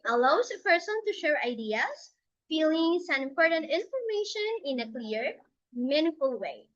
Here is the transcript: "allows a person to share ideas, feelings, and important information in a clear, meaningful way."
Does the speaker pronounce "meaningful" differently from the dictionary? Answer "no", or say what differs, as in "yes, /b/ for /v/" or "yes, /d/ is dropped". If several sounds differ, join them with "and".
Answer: yes, /ŋ/ is dropped